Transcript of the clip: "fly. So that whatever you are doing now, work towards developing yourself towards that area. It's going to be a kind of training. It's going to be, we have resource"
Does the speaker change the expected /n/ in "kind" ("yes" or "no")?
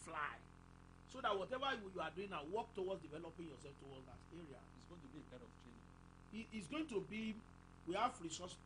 yes